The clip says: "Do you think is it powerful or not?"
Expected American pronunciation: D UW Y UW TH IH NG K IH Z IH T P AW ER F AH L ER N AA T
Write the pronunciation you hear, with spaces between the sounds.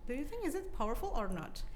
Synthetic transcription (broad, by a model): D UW Y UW TH IH NG K IH Z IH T P AW ER F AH L ER N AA T